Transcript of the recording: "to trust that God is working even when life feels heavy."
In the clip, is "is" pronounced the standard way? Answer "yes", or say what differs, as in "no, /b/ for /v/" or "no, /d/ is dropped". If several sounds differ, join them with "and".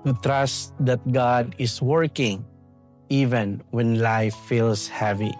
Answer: no, /s/ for /z/